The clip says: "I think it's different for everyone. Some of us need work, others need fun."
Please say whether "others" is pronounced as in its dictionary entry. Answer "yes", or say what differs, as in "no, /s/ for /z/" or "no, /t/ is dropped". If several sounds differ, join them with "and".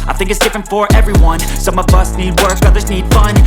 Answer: yes